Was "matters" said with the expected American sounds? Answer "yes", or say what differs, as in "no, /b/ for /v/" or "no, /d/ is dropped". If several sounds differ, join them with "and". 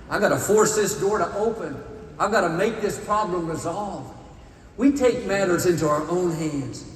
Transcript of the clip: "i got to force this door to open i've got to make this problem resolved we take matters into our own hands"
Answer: yes